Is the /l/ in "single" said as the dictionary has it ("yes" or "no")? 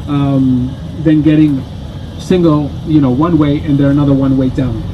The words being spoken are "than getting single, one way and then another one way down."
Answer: no